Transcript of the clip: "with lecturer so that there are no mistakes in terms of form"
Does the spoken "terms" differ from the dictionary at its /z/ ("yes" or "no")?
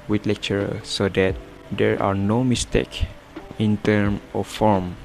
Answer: yes